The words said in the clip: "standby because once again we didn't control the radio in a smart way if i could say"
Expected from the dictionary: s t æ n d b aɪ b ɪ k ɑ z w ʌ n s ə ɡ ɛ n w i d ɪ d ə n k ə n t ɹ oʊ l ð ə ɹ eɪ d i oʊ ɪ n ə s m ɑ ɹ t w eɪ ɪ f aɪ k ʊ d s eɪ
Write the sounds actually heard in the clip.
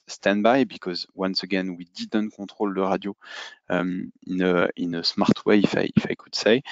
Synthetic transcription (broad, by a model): s t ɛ n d b aɪ b ɪ k ɑ z w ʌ n s ə ɡ ɛ n w i d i d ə n k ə t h oʊ l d ə ɹ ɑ d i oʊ ɪ n ə s m ɑ ɹ t w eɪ ɪ f aɪ k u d s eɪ